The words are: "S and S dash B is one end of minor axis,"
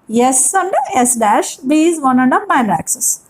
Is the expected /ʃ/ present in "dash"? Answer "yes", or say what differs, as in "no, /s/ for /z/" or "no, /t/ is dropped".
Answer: yes